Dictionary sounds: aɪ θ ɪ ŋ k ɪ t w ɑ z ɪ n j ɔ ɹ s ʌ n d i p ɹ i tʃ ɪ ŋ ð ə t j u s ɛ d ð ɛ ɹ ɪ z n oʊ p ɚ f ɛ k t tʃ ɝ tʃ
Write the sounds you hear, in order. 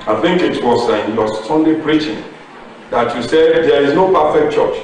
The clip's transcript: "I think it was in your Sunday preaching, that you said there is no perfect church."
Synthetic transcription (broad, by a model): aɪ θ ɪ ŋ k ɪ t w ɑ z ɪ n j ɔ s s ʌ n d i p ɹ i tʃ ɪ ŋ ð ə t j u s ɛ d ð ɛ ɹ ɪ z n oʊ p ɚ f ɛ k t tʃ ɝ tʃ